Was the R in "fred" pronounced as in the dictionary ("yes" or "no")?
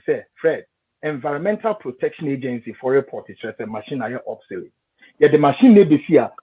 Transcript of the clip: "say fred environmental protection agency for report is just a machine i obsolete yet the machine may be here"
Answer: yes